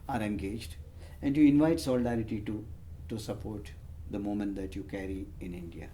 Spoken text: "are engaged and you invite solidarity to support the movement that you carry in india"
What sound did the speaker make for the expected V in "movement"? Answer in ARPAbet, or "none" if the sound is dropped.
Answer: none